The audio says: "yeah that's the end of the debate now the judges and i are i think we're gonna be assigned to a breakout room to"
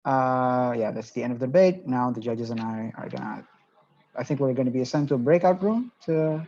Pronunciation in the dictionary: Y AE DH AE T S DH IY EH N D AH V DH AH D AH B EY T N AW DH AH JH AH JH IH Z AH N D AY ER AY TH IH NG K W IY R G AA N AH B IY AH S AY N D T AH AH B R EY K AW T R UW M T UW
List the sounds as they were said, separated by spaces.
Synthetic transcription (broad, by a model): Y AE DH AE T S DH IY EH N D AH V DH AH D AH B EY T N AW DH AH JH AH JH IH Z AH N AY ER AY TH IH NG K W IY R G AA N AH B IY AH S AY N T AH AH B R EY K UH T R UW M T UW